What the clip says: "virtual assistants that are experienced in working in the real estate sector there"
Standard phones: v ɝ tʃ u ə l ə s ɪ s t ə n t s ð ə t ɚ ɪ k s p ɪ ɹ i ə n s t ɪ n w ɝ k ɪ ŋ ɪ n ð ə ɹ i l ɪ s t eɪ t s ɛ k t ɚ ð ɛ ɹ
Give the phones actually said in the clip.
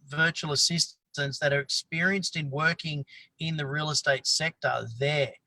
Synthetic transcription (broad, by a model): v ɝ tʃ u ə l ə s ɪ s t ə n t s ð ə t ɚ ɪ k s p ɪ ɹ i ə n s t ɪ n w ɝ k ɪ ŋ ɪ n ð ə ɹ i l ɪ s t eɪ t s ɛ k t ɚ ð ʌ ɹ